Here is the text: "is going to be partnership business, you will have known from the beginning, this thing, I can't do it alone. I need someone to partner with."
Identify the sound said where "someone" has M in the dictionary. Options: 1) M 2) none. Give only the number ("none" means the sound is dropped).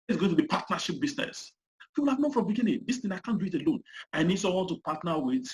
2